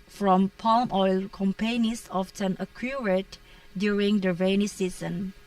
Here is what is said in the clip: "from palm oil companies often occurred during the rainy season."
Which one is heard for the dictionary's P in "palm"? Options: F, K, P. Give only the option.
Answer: P